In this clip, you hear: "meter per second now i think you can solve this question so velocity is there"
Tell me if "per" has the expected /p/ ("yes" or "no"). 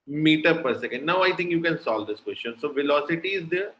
yes